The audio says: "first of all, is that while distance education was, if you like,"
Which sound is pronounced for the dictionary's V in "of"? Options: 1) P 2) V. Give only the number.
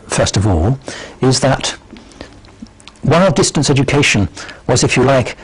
2